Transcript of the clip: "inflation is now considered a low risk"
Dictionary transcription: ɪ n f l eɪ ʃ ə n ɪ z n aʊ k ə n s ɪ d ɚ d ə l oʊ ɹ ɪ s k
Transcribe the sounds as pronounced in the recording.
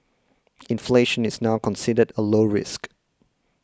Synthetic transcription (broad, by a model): ɪ n f l eɪ ʃ ə n ɪ z n aʊ k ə n s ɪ d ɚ d ə l oʊ ɹ ɪ s k